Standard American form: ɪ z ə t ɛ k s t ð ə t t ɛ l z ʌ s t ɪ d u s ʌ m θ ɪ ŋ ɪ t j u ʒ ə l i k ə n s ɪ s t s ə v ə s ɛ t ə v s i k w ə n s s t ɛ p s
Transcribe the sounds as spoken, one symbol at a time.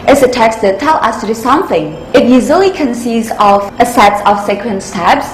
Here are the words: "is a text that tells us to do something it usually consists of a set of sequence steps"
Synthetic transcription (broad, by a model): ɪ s ə t ɛ k s t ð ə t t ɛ l ʌ s t ɪ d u s ʌ m θ ɪ ŋ ɪ t j u ʒ ə l i k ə n s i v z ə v ə s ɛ t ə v s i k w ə n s s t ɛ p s